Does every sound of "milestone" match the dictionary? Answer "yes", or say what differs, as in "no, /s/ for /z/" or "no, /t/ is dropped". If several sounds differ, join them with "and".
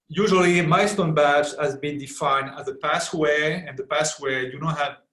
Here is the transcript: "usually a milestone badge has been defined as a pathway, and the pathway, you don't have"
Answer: no, /l/ is dropped